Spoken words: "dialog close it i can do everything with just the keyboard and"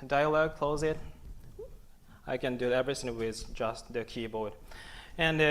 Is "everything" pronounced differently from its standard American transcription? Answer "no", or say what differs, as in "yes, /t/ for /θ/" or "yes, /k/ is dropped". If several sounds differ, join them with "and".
yes, /s/ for /θ/